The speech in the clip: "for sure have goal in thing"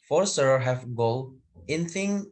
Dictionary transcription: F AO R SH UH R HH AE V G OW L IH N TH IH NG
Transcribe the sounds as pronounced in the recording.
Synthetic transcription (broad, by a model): F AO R S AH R HH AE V G OW L IH N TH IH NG